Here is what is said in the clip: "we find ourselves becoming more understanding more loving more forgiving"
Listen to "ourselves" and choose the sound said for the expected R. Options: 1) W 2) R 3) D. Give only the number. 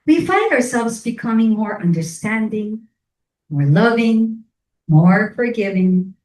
2